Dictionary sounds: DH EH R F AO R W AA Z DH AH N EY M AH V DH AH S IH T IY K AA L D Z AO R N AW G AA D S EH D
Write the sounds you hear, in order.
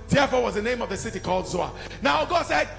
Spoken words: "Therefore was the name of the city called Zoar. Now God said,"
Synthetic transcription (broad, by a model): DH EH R F AO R W AA Z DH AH N EY M AH V DH AH S IH T IY K AA L D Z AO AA N AW G AA D S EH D